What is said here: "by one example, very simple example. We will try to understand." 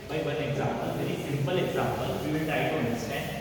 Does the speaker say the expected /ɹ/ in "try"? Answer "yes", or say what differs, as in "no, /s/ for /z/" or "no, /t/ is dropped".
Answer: no, /ɹ/ is dropped